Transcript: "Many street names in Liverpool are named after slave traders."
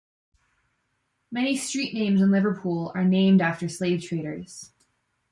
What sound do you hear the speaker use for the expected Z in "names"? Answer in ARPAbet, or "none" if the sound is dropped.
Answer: Z